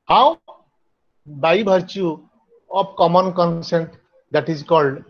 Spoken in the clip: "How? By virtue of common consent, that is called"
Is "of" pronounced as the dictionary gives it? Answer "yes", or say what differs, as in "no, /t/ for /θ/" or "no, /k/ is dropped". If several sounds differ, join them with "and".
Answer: no, /p/ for /v/